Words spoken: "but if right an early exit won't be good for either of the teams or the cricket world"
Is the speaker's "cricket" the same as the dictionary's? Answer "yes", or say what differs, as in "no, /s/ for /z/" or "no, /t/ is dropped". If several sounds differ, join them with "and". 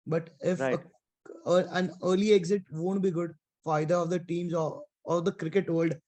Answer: yes